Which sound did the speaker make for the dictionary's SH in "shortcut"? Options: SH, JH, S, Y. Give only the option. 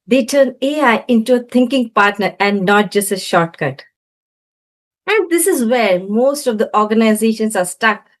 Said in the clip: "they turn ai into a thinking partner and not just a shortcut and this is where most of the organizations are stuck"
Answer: SH